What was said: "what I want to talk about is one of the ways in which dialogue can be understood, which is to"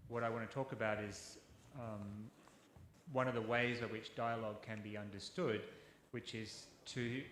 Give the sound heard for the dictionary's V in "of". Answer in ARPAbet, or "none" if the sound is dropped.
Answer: V